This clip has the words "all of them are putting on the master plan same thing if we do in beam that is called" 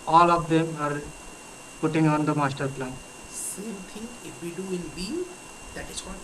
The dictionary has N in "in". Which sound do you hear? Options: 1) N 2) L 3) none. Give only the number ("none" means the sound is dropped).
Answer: 2